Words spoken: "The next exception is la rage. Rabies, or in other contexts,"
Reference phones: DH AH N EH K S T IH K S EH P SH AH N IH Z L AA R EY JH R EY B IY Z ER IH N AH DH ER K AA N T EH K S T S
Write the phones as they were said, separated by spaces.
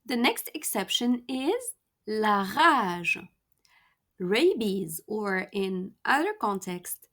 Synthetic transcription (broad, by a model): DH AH N EH K S T IH K S EH P SH AH N IH Z L AA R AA ZH R EY B IY Z ER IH N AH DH ER K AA N T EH K S T